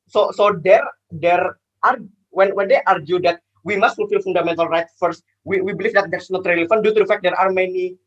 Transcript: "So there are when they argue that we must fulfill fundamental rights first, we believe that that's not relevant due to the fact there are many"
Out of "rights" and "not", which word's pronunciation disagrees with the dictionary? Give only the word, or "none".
rights